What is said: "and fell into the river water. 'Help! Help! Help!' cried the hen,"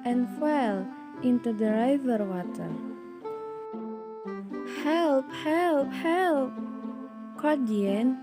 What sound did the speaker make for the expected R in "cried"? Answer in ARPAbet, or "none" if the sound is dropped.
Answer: none